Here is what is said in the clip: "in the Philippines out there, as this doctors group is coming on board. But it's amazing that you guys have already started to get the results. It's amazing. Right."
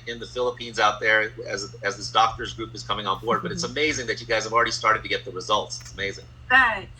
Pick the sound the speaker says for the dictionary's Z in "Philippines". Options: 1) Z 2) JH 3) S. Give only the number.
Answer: 1